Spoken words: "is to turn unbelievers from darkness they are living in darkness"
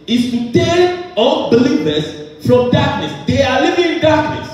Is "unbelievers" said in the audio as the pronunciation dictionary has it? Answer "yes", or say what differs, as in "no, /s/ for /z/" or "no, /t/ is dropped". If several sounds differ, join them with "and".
no, /l/ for /n/